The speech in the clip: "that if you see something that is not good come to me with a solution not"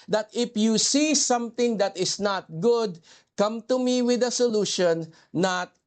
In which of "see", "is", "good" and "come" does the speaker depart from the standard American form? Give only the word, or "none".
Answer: is